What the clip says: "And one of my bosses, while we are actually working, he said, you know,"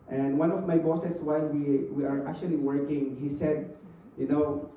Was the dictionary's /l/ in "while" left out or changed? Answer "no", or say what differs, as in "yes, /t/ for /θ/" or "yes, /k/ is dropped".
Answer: yes, /n/ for /l/